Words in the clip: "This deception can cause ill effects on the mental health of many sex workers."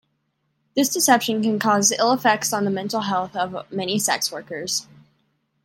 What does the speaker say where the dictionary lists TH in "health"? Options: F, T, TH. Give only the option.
TH